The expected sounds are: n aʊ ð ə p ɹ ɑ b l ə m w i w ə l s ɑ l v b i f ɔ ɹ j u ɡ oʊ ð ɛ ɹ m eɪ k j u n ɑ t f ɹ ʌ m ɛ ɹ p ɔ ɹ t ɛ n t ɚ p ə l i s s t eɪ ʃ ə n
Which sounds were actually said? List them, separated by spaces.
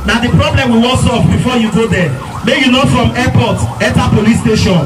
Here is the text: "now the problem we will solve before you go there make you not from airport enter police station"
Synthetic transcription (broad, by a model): n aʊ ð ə p ɹ ɑ b l ə m w i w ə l s ɑ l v b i f ɔ j u ɡ oʊ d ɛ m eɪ j u n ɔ f ɹ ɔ m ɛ p ɔ t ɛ t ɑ p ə l i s s t eɪ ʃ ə n